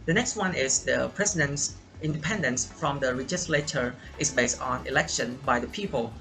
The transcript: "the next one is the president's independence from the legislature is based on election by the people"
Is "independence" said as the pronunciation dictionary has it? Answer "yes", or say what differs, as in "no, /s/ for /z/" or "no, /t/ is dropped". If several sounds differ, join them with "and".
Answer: yes